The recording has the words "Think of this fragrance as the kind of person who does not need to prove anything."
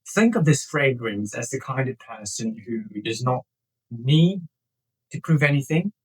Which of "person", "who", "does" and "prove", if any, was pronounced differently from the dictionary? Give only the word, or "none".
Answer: none